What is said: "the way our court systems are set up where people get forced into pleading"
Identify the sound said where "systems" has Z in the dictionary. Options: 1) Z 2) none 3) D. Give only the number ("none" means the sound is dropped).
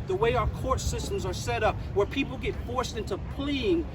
1